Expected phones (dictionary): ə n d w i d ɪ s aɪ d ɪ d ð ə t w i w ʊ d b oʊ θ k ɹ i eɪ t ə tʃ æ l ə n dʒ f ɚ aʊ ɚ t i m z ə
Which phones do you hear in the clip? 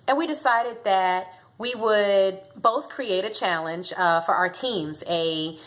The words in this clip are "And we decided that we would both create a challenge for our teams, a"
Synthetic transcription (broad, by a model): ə n w i d ɪ s aɪ d ɪ d ð ə t w i w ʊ d b oʊ θ k ɹ i eɪ t ə tʃ æ l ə n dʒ f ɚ aʊ ɚ t i m z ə